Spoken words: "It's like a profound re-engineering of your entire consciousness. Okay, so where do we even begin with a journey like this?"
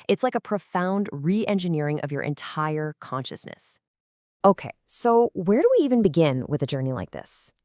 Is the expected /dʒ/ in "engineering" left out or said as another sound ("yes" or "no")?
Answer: no